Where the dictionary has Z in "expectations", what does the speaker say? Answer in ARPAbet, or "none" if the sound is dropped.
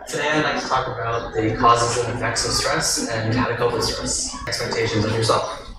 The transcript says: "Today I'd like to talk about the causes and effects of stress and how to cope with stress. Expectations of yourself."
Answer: Z